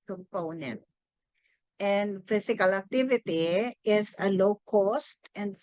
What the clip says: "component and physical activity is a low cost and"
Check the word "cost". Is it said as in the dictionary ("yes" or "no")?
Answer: yes